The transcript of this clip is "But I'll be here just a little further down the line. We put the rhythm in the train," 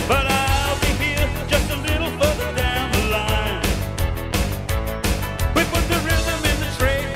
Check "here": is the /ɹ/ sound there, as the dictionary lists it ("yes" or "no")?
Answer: no